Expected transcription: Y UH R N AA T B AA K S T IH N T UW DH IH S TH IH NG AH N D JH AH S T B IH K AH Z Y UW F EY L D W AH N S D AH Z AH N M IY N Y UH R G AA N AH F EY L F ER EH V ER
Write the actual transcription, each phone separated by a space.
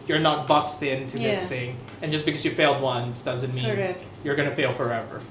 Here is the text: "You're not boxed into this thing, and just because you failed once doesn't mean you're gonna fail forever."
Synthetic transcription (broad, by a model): Y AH R N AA T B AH K S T IH N T UW DH IH S TH IH NG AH N JH AH S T B IH K AH Z Y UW F EY L D W AH N S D AH Z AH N M IY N Y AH R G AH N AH F EY L F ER EH V ER